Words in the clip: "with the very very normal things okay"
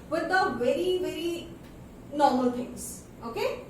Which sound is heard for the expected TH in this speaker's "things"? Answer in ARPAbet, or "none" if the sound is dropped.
T